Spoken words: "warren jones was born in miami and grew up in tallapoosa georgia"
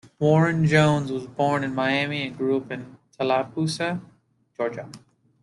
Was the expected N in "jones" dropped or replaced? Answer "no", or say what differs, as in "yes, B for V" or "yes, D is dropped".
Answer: no